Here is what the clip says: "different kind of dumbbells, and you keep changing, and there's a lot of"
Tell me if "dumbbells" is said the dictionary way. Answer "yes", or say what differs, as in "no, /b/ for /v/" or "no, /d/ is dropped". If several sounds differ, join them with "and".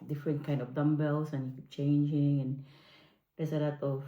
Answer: no, /s/ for /z/